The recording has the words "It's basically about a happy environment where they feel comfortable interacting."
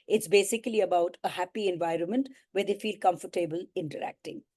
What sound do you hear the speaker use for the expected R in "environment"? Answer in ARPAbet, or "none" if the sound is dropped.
R